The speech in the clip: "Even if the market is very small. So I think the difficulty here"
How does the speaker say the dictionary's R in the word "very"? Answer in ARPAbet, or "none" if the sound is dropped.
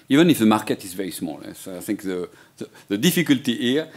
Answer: none